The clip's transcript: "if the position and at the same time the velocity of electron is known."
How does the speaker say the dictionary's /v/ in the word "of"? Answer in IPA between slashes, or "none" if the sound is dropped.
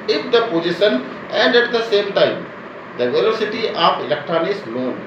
/p/